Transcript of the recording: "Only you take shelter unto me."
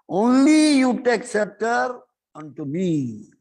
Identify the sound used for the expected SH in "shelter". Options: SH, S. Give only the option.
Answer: S